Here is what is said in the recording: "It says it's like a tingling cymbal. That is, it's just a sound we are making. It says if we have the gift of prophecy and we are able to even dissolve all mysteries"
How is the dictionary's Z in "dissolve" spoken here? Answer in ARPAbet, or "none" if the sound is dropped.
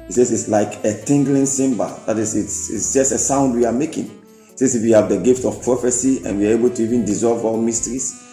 Z